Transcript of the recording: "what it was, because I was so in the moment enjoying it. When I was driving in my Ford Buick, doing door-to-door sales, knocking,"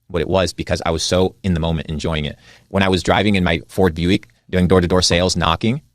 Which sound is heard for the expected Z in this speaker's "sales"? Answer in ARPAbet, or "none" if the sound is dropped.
Z